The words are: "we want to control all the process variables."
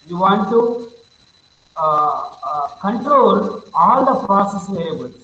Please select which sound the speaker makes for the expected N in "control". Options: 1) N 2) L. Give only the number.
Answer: 1